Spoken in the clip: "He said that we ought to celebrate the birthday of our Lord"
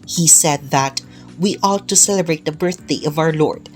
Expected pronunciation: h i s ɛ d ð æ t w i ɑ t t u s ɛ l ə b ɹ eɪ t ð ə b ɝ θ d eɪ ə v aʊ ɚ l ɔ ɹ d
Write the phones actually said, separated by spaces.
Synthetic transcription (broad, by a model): h i s ɛ d ð æ t w i ɑ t t u s ɛ l ə b ɹ eɪ t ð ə b ɝ θ d eɪ ə v aʊ ɚ l ɔ ɹ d